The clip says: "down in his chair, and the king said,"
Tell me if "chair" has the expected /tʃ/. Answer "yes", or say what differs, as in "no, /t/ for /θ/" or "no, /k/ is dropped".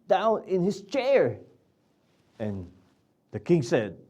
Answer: yes